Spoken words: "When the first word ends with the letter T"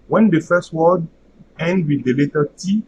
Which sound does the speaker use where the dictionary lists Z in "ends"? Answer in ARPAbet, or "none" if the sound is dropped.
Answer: none